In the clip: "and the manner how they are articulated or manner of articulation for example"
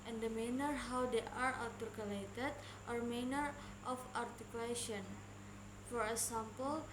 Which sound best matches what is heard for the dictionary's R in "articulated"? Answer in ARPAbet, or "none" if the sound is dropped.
L